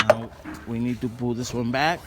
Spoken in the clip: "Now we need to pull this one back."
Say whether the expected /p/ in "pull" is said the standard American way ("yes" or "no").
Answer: no